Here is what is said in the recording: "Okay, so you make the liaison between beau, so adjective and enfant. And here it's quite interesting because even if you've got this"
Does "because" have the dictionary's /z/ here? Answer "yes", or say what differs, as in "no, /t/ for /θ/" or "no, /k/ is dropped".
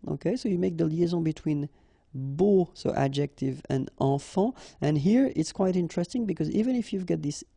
yes